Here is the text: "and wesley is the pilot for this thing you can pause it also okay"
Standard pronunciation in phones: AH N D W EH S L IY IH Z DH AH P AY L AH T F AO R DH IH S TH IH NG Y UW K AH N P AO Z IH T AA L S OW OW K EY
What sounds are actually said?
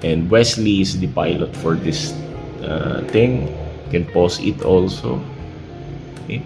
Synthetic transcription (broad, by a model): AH N D W EH S L IY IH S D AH P AY L AH T F AO R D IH S T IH NG K AH N P AO S IH T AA L S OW OW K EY